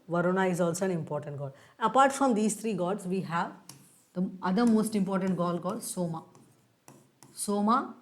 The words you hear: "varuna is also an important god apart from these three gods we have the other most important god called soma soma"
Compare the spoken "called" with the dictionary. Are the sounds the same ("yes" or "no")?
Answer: no